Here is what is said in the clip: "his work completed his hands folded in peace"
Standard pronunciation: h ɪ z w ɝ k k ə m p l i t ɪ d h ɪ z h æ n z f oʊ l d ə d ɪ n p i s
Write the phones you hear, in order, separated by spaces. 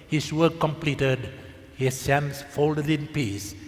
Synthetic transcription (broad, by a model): h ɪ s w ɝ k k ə m p l i t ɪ d h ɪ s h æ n s f oʊ l d ə d ɪ n p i s